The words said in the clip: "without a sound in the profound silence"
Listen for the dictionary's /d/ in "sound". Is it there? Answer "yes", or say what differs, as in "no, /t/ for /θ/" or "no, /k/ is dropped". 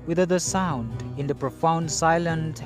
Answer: yes